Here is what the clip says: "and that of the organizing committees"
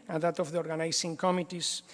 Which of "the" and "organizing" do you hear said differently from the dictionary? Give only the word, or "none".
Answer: organizing